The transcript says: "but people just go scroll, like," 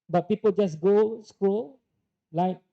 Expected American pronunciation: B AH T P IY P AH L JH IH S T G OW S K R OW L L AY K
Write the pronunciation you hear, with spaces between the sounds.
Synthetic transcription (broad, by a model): B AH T P IY P AH L JH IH S G OW S K UW L L AY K